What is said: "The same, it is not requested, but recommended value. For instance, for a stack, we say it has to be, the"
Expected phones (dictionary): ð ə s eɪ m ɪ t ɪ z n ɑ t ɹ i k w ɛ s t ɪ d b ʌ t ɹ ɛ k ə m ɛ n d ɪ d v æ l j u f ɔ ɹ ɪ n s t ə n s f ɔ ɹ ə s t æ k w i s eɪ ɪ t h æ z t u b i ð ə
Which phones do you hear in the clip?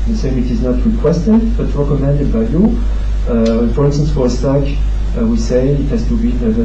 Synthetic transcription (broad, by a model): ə s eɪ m ɪ t ɪ z n ɑ t ɹ i k w ɛ s t ɪ d b ʌ t ɹ ɛ k ə m ɛ n d ɪ d b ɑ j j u f ɔ ɹ ɪ n s t ə n s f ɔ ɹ ə s t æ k w i s eɪ ɪ t h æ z t u b i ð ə